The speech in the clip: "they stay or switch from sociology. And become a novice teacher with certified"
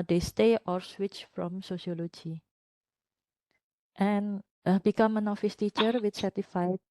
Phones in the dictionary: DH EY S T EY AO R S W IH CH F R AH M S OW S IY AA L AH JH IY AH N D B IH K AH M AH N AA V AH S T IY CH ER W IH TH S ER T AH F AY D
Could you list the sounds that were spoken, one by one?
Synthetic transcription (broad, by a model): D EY S T EY AO R S W IH CH F R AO M S OW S IY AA L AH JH IY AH N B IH K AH M AH N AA F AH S T IY CH ER W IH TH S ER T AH F AY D